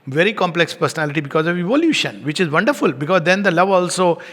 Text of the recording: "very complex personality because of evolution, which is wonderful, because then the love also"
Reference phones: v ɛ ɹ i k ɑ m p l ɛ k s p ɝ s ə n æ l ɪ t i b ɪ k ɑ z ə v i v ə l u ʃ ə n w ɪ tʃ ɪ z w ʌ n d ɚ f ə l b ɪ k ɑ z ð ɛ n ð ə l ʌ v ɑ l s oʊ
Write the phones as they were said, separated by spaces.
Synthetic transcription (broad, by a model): v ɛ ɹ i k ɑ m p l ɛ k s p ɝ s ə n æ l ɪ t i b ɪ k ɑ z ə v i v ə l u ʃ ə n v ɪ tʃ ɪ z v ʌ n d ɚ f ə l b ɪ k ɑ z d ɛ n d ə l ʌ v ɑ l s oʊ